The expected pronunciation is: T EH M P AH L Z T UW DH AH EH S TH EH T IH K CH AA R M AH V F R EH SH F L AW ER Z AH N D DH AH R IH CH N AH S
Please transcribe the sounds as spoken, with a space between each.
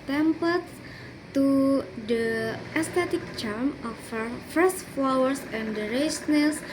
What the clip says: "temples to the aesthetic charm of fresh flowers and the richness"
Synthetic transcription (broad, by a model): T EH M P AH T T UW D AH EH S T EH T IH K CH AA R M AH F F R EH S F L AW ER S AH N D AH R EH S N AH S